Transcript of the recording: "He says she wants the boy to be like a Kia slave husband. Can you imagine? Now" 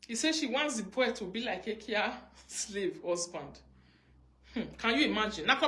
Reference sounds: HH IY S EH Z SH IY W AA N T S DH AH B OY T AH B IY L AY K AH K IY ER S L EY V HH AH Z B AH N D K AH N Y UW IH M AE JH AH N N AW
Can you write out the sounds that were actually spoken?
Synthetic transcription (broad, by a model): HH IY S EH SH IY W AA N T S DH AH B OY T AH B IY L AY K AH K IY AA S L EY V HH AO S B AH N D K AH N Y UW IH M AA JH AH N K